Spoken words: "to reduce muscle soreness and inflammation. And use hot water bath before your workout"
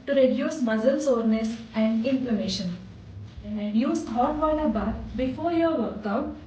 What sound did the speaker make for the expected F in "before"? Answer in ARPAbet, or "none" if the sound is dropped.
F